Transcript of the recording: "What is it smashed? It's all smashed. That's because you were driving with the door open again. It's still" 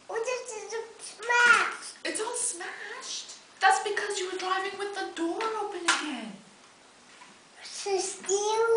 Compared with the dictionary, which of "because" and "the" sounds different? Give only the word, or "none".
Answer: none